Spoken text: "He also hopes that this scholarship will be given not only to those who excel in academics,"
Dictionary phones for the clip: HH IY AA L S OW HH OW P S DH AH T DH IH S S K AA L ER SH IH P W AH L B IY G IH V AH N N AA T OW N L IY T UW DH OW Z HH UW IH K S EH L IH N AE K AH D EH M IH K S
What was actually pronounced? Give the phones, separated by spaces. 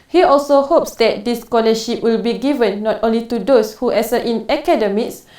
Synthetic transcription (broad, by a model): HH IY AA L S OW HH OW P S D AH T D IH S S K AA L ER SH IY P W AH L B IY G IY V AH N N AA T OW N L IY T UW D OW S HH UW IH S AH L IH N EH K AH D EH M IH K S